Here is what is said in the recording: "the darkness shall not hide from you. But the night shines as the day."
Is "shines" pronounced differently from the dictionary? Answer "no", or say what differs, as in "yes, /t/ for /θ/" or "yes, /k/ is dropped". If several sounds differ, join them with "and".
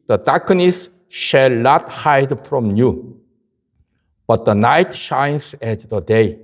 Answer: yes, /s/ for /z/